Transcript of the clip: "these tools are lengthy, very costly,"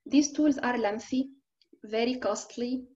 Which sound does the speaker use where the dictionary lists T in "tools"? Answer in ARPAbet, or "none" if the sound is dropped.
T